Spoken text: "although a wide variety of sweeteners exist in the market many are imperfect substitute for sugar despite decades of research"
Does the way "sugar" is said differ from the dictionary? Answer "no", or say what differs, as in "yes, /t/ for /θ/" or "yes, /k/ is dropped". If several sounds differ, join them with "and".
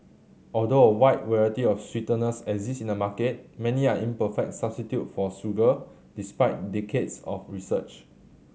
yes, /s/ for /ʃ/